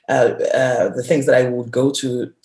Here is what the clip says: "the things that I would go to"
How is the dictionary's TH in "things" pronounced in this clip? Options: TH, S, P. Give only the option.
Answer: TH